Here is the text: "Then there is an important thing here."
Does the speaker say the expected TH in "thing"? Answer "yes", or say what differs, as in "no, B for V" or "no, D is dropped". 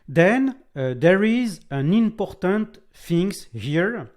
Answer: no, F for TH